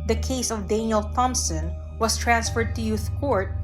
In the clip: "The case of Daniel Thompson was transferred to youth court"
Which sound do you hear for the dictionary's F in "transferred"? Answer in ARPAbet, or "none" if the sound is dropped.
F